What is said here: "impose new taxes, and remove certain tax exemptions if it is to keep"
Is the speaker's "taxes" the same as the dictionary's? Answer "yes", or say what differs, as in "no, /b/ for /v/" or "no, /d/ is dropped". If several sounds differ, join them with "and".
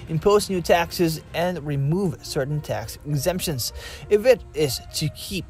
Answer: yes